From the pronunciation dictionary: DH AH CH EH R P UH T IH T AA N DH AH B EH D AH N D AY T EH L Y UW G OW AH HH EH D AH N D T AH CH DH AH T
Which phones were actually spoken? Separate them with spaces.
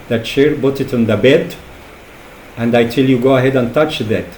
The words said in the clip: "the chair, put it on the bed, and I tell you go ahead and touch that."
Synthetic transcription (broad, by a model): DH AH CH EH R B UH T IH T N DH AH B EH D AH N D AY T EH L Y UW G OW AH HH EH D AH N T AH CH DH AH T